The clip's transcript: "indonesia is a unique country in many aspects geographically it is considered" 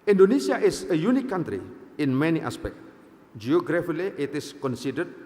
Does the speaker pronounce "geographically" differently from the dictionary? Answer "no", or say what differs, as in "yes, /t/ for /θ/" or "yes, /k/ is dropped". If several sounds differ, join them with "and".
yes, /k/ is dropped